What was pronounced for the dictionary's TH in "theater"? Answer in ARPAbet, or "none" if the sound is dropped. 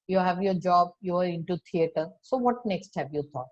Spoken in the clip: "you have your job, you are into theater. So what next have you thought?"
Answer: T